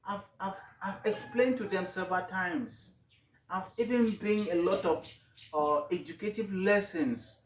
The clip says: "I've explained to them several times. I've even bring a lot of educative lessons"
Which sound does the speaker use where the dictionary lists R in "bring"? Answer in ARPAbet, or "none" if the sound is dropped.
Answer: none